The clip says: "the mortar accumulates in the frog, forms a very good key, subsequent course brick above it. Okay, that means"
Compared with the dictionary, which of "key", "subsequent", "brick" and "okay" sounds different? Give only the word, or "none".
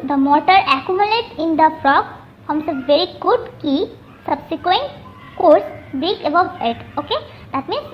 brick